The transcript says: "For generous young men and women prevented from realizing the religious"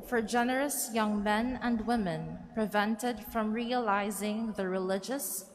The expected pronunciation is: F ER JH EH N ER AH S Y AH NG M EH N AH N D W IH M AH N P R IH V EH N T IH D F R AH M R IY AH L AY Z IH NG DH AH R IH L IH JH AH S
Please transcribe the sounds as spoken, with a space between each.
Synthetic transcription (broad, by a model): F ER JH EH N ER AH S Y AH NG M EH N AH N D W IH M AH N P R IH V EH N T IH D F R AH M R IY AH L AY Z IH NG DH AH R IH L IH JH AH S